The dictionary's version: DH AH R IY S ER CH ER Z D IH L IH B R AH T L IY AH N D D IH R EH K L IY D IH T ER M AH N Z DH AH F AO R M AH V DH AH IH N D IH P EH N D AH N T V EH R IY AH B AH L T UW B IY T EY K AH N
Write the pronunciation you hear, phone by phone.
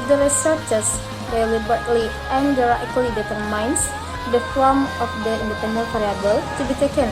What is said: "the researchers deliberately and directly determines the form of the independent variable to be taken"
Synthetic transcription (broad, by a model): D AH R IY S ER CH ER S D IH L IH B AH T L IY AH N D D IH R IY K L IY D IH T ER M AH N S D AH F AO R M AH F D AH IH N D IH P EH N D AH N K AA R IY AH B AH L T UW B IY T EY K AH N